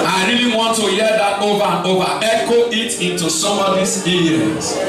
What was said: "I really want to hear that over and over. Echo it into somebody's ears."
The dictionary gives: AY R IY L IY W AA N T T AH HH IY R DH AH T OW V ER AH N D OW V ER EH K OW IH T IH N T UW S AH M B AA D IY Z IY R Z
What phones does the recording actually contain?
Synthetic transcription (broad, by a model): AY R IY L IY W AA N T T AH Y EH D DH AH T OW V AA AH N OW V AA EH K OW IH T IH N T UW S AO M AA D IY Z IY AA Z